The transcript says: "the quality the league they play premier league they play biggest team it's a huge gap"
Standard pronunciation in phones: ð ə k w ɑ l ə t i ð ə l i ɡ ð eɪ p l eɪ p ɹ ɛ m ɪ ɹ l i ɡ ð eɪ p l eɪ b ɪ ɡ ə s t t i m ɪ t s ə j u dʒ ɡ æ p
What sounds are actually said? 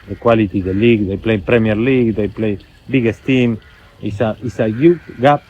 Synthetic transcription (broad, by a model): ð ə k w ɑ l ə t i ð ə l i ɡ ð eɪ p l eɪ p ɹ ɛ m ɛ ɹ l i ɡ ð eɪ p l eɪ b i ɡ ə s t t i m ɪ s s ə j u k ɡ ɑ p